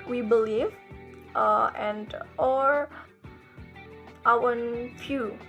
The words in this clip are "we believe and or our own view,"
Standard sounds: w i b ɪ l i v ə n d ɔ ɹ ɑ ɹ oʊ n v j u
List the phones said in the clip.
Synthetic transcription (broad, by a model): w i b ɪ l i v ə n d ɔ ɹ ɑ w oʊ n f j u